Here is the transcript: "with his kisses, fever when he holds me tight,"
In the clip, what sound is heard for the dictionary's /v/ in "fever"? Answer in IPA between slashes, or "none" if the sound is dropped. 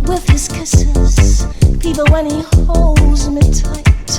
/p/